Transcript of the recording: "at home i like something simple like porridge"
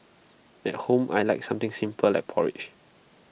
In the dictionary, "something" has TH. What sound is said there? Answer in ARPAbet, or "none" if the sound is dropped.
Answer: T